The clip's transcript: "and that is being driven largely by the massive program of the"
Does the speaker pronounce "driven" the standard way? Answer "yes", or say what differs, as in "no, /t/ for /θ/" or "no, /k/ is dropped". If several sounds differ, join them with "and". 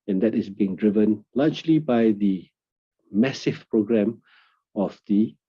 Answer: yes